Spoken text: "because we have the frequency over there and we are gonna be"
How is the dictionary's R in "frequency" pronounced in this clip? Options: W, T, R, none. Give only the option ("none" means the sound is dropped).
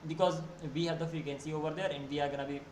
none